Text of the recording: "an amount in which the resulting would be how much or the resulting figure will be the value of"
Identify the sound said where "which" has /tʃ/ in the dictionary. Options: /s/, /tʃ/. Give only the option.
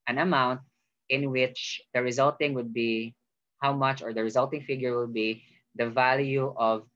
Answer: /tʃ/